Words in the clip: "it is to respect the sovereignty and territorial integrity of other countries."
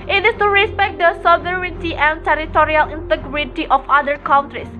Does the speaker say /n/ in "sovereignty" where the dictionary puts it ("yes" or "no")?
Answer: no